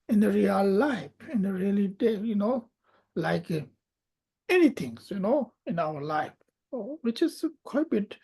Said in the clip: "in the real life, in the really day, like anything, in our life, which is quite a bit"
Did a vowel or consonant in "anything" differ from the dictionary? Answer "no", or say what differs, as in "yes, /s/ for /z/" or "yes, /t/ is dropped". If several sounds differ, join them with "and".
yes, /t/ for /θ/